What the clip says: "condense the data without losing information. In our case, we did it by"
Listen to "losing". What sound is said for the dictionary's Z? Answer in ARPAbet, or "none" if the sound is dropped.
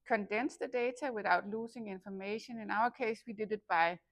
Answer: S